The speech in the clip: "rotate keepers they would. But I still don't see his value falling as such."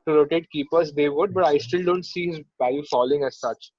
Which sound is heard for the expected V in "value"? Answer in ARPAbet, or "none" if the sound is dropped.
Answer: B